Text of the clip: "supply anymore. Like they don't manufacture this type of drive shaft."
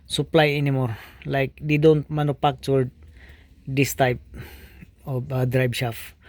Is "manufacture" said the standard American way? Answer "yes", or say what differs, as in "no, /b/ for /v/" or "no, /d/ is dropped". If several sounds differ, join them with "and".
no, /p/ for /f/